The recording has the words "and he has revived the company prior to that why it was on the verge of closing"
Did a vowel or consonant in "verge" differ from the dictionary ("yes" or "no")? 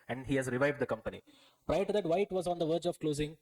no